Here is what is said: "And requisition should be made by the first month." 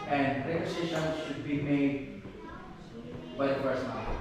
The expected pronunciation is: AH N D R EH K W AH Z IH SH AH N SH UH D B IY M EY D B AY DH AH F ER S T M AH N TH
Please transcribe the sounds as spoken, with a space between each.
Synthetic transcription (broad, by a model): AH N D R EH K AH S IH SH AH N SH UH D B IY M EY D B AY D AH P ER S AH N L